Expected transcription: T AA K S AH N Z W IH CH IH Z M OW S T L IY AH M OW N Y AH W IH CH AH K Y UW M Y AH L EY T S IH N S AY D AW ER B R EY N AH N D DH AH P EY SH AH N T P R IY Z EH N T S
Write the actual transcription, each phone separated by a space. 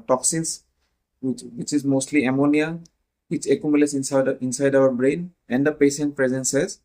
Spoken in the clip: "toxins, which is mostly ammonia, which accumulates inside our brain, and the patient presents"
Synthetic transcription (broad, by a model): T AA K S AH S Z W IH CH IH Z M OW S T L IY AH M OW N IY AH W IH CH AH K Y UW M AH L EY S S IH N S AY D AW ER B R EY N AH N D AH P EY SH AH N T P R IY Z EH N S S